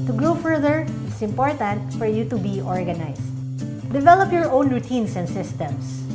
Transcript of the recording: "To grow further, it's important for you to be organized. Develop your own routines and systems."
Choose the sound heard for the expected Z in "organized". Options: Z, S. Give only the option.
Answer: S